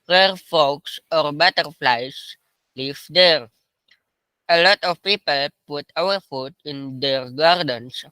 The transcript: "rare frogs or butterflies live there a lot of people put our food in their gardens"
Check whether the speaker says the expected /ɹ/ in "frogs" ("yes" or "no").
no